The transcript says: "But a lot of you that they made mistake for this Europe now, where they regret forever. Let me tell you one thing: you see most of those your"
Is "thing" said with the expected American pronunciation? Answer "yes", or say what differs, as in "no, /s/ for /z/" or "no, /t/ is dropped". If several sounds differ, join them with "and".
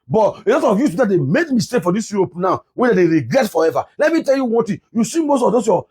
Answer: no, /t/ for /θ/